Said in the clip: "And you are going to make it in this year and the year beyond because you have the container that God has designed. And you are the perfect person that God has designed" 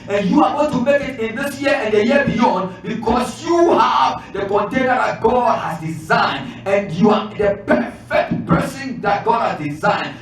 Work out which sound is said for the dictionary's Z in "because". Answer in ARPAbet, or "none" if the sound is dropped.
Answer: S